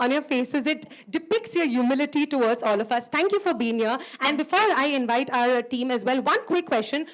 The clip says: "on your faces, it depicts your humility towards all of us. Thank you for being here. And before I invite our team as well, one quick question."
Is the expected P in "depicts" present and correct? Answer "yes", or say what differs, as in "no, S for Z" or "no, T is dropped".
yes